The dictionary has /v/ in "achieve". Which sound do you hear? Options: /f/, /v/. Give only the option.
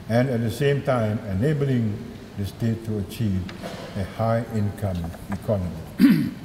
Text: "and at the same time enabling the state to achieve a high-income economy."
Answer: /v/